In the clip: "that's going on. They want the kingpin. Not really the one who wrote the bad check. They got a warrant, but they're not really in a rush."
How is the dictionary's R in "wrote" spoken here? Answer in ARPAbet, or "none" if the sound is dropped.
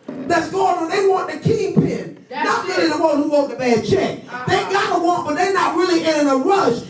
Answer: W